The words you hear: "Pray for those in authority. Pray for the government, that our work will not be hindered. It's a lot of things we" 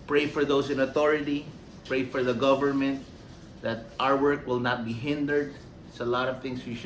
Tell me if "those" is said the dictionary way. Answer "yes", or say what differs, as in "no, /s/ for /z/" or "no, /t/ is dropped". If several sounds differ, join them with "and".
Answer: no, /s/ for /z/